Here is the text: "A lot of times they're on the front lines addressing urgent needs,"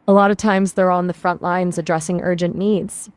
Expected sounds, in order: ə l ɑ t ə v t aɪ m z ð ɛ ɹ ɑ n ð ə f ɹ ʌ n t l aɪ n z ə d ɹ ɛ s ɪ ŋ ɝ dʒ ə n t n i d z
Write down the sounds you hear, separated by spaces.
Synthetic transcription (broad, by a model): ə l ɑ t ə v t aɪ m z ð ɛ ɹ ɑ n ð ə f ɹ ʌ n t l aɪ n z ə d ɹ ɛ s ɪ ŋ ɝ dʒ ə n n i d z